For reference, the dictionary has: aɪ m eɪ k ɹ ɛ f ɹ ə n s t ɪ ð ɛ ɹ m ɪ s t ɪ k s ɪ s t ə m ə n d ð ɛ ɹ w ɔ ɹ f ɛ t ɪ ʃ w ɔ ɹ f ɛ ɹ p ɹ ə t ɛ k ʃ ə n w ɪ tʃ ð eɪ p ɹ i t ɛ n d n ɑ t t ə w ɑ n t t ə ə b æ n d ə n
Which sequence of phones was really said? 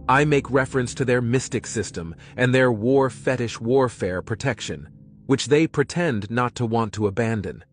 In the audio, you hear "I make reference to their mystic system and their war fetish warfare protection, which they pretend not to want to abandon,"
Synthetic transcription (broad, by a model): aɪ m eɪ k ɹ ɛ f ɹ ə n s t ɪ ð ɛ ɹ m ɪ s t ɪ k s ɪ s t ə m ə n ð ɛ ɹ w ɔ ɹ f ɛ t ɪ ʃ w ɔ ɹ f ɛ ɹ p ɹ ə t ɛ k ʃ ə n w ɪ tʃ ð eɪ p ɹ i t ɛ n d n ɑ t t ə w ɑ n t t ə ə b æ n d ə n